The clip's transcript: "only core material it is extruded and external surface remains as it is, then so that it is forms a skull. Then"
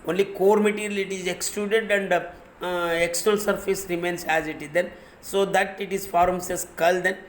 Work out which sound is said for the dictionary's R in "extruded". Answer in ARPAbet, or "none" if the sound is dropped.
L